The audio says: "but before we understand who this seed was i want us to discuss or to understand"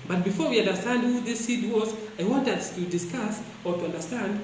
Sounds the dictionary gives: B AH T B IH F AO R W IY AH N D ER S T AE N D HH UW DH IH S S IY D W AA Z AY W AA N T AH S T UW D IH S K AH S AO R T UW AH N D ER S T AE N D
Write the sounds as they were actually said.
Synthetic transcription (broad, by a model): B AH T B IH F AO R W IY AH N D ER S T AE N D HH UW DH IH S S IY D W AA Z AY W AA N T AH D T UW D IH S K AH S AO R T UW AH N D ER S T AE N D